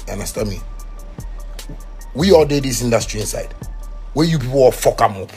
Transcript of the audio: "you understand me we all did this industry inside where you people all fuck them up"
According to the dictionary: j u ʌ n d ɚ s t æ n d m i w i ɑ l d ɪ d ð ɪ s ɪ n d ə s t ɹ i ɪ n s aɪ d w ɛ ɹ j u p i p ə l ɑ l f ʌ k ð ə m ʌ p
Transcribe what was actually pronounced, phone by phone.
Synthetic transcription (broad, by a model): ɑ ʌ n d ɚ s t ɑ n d m i w i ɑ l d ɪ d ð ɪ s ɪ n d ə s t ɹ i ɪ n s aɪ d w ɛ j u p i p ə w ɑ f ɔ k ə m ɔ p